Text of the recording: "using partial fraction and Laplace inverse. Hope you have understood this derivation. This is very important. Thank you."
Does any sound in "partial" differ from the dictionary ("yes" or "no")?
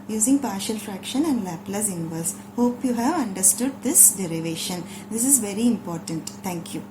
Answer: no